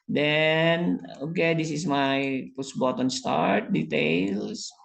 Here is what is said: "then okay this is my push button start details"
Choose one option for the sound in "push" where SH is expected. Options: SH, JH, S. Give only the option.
S